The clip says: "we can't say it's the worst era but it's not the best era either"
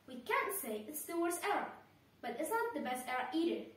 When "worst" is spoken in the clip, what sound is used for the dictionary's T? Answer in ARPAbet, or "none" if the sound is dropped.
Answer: none